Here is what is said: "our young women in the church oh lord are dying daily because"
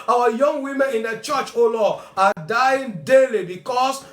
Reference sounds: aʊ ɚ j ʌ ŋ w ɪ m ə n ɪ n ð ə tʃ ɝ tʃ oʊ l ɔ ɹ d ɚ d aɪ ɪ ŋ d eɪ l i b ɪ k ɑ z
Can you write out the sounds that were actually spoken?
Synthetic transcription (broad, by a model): aʊ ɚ j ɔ ŋ w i m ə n ɪ n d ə tʃ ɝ tʃ oʊ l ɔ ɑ d aɪ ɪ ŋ d eɪ l i b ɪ k ɑ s